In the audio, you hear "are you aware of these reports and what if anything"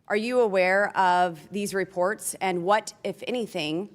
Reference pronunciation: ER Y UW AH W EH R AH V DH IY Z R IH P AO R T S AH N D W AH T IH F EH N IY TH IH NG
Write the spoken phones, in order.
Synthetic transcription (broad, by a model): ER Y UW AH W EH R AH V DH IY Z R IH P AO R T S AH N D W AH T IH F EH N IY TH IH NG